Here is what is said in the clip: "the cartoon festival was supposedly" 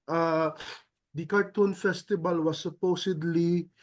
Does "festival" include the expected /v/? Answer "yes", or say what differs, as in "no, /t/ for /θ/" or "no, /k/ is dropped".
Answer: no, /b/ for /v/